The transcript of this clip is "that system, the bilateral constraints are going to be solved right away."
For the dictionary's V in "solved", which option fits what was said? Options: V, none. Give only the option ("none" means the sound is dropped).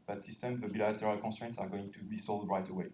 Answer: none